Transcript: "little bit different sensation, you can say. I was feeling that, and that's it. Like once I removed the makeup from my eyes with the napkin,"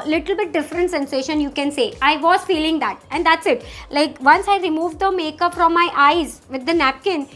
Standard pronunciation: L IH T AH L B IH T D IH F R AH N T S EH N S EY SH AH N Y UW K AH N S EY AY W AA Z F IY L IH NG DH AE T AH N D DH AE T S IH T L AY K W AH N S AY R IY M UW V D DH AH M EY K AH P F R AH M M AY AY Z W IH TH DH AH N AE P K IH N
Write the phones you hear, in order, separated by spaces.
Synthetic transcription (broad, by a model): L IH T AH L B IH T D IH F R AH N T S EH N S EY SH AH N Y UW K AH N S EY AY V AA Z F IY L IH NG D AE T AH N D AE T S IH T L AY K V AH N S AY R IY M UW V D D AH M EY K AH P F R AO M M AY AY Z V IH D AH N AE P K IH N